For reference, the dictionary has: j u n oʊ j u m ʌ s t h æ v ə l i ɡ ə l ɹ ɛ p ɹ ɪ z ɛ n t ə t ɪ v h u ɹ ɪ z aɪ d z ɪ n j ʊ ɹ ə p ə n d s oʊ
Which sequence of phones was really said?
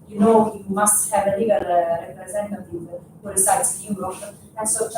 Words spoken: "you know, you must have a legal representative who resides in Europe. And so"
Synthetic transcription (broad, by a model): j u n oʊ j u m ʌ s t h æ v ə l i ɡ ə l ɹ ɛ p ɹ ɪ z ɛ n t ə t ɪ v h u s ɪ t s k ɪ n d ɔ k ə ə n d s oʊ